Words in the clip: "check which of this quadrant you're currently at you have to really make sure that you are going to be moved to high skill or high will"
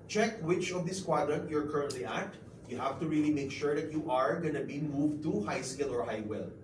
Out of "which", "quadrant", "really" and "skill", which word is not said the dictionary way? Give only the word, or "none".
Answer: none